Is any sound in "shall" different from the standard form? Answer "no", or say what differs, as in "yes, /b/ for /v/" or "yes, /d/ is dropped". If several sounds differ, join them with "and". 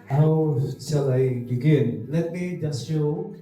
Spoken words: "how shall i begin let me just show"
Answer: yes, /s/ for /ʃ/